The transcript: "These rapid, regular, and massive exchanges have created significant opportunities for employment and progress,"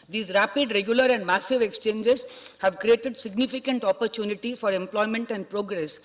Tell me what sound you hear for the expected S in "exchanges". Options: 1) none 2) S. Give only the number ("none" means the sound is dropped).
2